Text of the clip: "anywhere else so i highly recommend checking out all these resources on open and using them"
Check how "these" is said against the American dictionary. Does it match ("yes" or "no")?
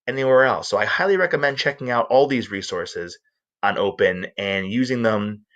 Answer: yes